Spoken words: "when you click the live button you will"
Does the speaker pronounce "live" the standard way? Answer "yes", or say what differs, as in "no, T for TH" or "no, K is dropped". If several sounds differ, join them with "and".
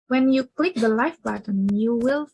no, F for V